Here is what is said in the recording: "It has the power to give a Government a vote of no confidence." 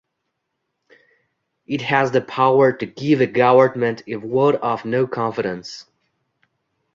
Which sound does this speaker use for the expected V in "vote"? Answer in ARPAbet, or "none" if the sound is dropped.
W